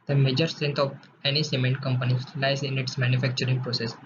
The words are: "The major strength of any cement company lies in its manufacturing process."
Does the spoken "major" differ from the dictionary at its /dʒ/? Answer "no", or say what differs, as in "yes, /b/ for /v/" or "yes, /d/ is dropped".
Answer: no